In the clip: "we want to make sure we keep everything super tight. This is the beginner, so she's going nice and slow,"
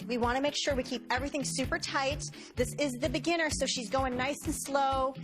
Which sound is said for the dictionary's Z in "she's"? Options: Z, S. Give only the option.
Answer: Z